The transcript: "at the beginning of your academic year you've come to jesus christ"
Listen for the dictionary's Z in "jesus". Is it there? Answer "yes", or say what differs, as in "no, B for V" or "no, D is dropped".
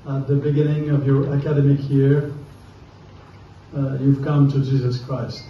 yes